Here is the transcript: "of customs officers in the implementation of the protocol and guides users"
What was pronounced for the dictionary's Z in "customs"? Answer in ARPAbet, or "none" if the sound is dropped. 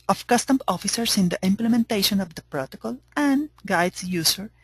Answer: none